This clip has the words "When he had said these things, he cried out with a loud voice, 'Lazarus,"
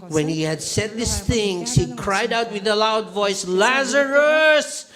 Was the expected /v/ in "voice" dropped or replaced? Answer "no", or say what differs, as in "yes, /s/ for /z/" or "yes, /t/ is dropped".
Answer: no